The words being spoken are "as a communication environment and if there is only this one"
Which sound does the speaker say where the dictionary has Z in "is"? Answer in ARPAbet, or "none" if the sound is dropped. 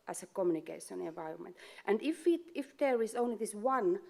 S